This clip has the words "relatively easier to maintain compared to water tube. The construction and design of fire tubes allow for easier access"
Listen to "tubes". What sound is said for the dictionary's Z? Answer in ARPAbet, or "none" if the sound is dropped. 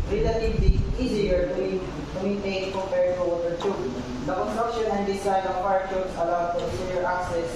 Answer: S